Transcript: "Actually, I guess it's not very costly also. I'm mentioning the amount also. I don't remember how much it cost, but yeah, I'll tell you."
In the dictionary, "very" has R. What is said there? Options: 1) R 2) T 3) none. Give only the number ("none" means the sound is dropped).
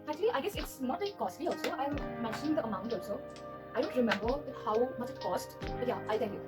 3